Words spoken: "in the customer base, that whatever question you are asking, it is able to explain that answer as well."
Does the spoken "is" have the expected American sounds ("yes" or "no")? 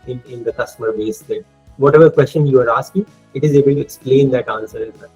yes